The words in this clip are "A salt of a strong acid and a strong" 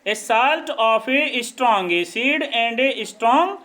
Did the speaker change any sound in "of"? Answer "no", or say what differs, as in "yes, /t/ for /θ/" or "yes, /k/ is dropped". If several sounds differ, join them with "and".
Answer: yes, /p/ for /v/